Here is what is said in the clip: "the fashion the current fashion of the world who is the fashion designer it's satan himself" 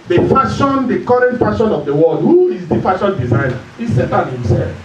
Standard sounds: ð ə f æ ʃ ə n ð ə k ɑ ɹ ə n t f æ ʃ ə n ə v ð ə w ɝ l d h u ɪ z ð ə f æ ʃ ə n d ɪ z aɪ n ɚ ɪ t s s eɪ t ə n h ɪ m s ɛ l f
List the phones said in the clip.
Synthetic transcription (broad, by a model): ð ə f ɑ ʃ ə n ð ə k ɑ ɹ ə n t f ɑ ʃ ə n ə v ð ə w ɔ l d h u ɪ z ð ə f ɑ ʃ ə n d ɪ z aɪ n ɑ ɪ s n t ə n h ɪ m s ɛ l f